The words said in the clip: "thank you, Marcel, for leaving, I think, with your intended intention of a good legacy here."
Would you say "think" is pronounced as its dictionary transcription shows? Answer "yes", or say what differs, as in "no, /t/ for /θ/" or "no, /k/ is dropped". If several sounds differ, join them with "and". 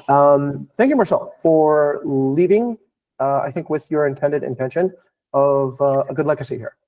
yes